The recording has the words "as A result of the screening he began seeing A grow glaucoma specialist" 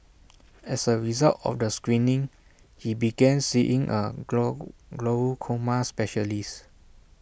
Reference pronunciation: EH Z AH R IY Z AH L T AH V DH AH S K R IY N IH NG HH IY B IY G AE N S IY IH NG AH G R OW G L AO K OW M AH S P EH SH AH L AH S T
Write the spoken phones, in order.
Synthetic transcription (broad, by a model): EH S AH R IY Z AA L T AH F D AH S K R IY N IH NG HH IY B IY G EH N S IY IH NG AH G L OW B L K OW M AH S P EH SH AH L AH S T